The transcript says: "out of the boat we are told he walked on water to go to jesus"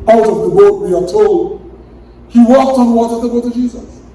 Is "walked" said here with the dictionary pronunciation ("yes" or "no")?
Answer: yes